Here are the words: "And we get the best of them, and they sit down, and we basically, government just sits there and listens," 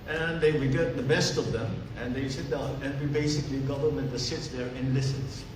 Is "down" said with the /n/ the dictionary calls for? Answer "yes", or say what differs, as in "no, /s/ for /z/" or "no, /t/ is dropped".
no, /n/ is dropped